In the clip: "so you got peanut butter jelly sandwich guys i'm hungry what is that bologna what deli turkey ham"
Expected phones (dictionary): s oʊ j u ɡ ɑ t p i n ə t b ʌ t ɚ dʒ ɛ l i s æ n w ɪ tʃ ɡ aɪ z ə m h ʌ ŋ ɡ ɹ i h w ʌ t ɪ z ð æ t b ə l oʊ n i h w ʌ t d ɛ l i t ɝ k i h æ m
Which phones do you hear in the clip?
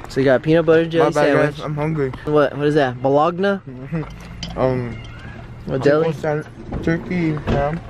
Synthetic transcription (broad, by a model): s oʊ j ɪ ɡ ɑ t p i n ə b ʌ t ɚ dʒ ɛ l i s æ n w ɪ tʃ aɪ ə m h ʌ ŋ ɡ ɹ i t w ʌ t ɪ z ð æ t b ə l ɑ n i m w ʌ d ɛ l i t ɝ k i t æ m